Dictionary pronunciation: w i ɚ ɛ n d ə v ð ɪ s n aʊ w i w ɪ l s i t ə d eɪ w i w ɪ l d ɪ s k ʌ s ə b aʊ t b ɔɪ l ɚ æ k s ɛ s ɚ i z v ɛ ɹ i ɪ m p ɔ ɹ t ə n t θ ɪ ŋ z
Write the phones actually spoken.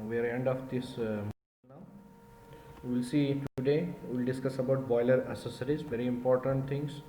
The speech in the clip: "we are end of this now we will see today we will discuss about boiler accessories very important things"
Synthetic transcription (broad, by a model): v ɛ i ɛ n d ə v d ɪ s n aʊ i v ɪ l s i t ə d eɪ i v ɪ l d ɪ s k ʌ s ə b aʊ t b ɔɪ l ɚ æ s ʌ s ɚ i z v ɛ ɹ i ɪ m p ɔ ɹ t ə n t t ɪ ŋ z